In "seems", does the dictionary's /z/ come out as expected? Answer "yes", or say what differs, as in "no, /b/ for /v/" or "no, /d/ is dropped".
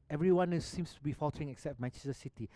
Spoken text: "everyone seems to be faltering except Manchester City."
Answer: no, /s/ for /z/